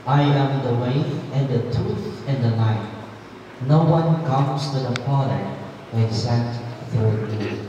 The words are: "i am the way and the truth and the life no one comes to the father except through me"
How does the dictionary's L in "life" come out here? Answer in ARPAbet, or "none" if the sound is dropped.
N